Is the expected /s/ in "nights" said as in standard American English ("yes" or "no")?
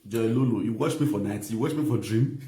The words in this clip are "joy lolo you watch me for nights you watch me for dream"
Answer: no